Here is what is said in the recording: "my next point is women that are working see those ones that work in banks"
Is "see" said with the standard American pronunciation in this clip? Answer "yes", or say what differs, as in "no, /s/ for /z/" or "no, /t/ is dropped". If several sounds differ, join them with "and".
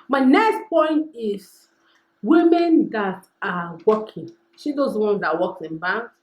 no, /ʃ/ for /s/